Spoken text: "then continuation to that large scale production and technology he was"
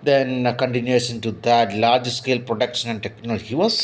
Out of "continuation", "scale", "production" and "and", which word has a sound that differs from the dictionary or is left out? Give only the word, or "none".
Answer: continuation